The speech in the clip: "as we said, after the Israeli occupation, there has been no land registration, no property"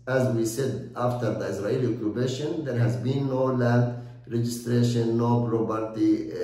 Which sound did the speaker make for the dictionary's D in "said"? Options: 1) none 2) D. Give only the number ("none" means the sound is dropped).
2